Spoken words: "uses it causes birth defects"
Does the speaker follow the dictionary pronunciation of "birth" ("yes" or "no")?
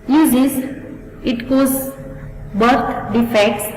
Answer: no